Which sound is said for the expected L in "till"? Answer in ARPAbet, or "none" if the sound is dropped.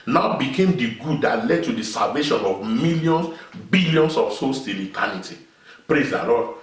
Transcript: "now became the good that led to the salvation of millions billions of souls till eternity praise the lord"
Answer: N